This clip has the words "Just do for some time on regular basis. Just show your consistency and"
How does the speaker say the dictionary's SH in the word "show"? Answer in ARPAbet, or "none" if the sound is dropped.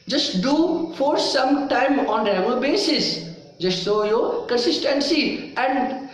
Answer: S